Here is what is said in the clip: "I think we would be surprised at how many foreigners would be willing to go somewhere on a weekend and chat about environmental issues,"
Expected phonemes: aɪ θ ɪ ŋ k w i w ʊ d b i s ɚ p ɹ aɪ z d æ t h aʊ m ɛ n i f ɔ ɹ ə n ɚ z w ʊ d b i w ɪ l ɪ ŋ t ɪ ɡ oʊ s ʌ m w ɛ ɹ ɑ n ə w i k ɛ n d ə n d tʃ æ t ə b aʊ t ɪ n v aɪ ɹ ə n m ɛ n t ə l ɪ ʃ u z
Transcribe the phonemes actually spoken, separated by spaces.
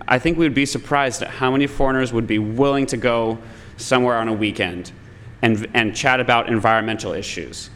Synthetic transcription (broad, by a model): aɪ θ ɪ ŋ k w i w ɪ d b i s ɚ p ɹ aɪ z d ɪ t h aʊ m ɛ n i f ɔ ɹ ə n ɚ z w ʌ d b i w ɪ l ɪ ŋ t ɪ ɡ oʊ s ʌ m w ɛ ɹ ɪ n ə w i k ɛ n d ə n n tʃ æ t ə b aʊ t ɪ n v aɪ ɹ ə n m ɛ n t l ɪ ʃ u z